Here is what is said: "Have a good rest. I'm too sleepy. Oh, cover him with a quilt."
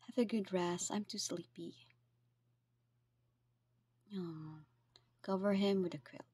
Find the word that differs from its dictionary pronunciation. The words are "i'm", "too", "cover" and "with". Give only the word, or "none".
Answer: none